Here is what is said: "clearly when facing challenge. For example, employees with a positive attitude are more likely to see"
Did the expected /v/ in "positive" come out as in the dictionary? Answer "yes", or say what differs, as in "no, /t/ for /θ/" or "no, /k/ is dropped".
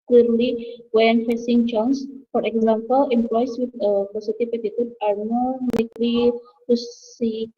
no, /p/ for /v/